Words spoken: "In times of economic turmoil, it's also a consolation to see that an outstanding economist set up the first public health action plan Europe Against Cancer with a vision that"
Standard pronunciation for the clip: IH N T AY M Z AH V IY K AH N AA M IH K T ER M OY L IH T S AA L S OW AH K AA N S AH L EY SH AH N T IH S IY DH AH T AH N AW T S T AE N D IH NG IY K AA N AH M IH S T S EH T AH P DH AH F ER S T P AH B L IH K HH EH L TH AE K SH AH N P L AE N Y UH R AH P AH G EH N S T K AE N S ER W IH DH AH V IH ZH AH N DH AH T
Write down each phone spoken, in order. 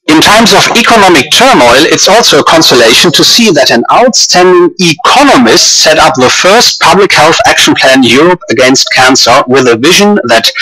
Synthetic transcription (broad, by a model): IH N T AY M Z AH V IY K AH N AA M IH K T ER M OY L IH T S AA L S OW AH K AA N S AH L EY SH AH N T IH S IY DH AH T AH N AW T S T AE N D IH NG IY K AA N AH M IH S T S EH T AH P DH AH F ER S T P AH B L IH K HH EH L TH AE K SH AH N P L AE N Y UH R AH P AH G EH N S T K AE N S ER W IH DH AH V IH ZH AH N DH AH T